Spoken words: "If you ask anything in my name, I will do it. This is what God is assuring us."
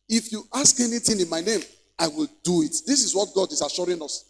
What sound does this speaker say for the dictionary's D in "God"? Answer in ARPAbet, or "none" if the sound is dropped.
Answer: D